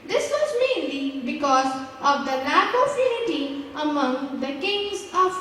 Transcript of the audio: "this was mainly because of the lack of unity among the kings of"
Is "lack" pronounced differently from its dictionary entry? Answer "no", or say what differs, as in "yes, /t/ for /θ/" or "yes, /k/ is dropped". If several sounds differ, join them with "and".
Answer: yes, /n/ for /l/